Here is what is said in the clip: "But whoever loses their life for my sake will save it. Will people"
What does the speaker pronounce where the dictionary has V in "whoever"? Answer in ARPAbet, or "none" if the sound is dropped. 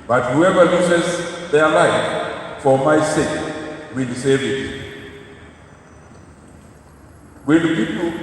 V